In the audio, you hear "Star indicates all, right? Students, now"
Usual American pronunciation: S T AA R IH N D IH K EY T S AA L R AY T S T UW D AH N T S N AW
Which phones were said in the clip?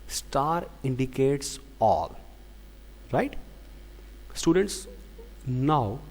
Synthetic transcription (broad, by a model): S T AA R IH N D IH K EY T S AA L R AY T S T UW D AH N T S N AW